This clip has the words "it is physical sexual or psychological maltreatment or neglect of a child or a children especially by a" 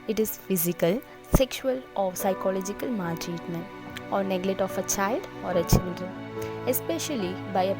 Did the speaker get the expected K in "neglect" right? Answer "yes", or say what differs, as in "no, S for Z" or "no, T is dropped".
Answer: no, K is dropped